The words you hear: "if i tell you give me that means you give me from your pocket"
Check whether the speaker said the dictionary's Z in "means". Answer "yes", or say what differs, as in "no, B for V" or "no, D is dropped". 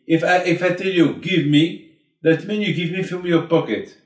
no, Z is dropped